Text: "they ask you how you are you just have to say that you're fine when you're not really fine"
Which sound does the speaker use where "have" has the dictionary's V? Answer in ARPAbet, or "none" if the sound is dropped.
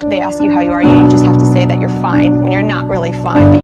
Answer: F